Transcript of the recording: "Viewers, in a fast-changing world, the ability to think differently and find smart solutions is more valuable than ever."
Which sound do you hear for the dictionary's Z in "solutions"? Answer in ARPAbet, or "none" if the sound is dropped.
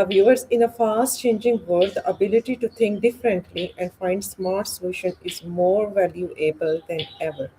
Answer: none